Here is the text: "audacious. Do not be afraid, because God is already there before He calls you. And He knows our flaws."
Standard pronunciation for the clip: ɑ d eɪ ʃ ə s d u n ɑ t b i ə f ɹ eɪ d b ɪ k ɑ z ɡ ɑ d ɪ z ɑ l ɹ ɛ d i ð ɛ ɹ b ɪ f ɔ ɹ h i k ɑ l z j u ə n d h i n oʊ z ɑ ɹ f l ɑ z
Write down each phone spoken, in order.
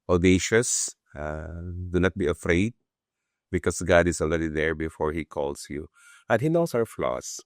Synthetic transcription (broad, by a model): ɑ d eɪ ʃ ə s d u n ɑ t b i ə f ɹ eɪ d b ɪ k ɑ s ɡ ɑ d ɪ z ɑ l ɹ ɛ d i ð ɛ ɹ b ɪ f ɔ ɹ h i k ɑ l s j u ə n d h i n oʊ s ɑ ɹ f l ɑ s